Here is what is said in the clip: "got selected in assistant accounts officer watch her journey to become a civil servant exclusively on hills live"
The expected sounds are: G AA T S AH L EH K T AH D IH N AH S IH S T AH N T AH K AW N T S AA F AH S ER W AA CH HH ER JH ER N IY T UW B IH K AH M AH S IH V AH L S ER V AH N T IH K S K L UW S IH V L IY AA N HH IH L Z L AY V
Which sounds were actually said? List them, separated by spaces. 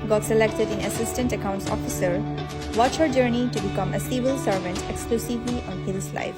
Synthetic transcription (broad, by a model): G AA T S AH L EH K T AH D IH N AH S IH S T AH N T AH K AW N T S AA F AH S ER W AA CH HH ER JH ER N IY T UW B IH K AH M AH S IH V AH L S ER V AH N T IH K S K L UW S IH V L IY AA N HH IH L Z L AY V